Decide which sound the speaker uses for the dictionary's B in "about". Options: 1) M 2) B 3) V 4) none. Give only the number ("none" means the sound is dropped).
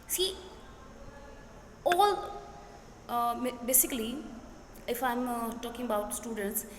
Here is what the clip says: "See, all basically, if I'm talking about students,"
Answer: 2